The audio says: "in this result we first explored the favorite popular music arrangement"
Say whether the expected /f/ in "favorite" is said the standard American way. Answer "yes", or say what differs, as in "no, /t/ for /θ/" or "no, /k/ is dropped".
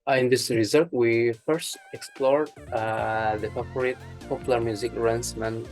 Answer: no, /p/ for /f/